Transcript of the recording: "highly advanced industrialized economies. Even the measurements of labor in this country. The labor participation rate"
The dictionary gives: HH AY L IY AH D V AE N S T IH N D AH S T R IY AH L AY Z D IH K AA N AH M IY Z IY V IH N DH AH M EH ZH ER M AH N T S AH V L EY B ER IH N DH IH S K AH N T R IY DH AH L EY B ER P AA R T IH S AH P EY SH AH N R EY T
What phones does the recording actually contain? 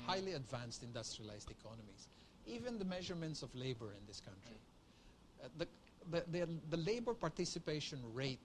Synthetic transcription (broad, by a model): HH AY L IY AH D V AE N S T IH N D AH S T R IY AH L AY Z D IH K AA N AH M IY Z IY V IH N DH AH M EH ZH ER M AH N T S AH V L EY B ER IH N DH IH S K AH N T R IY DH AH L EY B ER P AA R T IH S AH P EY SH AH N R EY T